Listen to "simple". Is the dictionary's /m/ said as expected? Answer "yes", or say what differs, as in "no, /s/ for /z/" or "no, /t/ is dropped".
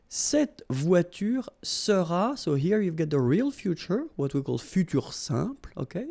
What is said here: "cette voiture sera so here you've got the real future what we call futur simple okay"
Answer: no, /m/ is dropped